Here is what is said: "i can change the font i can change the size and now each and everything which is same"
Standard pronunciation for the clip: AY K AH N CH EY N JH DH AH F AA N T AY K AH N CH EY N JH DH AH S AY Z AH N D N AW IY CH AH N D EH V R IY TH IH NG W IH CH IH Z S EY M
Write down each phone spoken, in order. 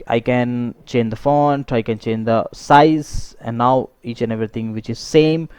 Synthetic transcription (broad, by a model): AY K AH N CH EY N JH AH F AA N T AY K AH N CH EY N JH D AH S AY Z AH N D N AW IY CH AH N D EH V R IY T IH NG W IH CH IH Z S EY M